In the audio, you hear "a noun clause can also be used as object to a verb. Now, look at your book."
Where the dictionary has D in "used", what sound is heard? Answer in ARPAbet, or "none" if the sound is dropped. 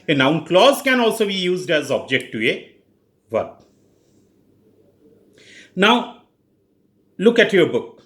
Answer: D